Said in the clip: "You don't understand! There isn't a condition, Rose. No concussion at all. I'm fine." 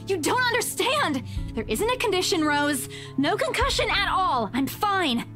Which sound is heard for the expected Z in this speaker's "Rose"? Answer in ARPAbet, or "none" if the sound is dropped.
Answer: Z